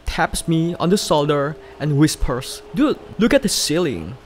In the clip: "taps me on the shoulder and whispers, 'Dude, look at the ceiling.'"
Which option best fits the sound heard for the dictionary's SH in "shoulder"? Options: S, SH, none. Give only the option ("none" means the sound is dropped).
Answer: S